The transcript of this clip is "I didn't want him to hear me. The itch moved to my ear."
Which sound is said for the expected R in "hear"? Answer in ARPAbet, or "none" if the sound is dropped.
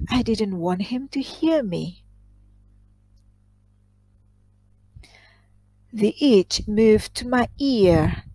R